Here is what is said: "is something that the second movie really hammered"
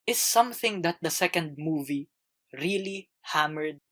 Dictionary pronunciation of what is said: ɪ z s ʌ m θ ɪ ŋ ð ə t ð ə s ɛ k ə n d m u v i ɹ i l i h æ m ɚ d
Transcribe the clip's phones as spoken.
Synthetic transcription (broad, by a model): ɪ s ʌ m θ ɪ ŋ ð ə t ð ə s ɛ k ə n d m u v i ɹ i l i h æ m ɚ d